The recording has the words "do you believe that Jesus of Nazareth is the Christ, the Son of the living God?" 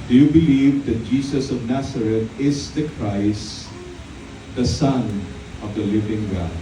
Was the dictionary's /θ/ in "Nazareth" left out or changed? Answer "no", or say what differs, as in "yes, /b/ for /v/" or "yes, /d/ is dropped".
yes, /t/ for /θ/